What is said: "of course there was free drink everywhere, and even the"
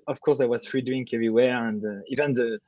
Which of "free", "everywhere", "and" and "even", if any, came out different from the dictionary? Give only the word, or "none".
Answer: none